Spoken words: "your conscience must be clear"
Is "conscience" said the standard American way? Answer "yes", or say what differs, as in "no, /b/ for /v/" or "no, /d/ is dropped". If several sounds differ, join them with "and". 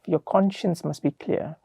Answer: yes